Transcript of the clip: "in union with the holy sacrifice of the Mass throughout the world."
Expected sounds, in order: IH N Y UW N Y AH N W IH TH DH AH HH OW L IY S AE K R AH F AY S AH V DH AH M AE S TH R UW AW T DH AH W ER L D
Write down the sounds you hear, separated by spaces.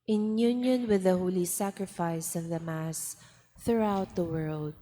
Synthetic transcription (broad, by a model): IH N Y UW N Y AH N W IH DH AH HH OW L IY S AE K R AH F AY S AH V DH AH M AE S TH R UW AW T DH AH W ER L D